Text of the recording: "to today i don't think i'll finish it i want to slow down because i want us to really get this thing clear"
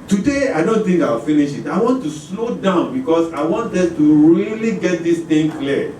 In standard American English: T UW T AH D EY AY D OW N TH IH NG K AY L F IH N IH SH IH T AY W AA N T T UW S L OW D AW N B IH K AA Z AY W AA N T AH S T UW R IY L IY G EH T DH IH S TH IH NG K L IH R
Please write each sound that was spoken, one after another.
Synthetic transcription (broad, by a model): T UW D EY AY D OW N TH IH NG K AY W F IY N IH SH IH T AY W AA N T T UW S L OW D AW N B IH K AA S AY W AA N T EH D T UW R IY L IY G EH T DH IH S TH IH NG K L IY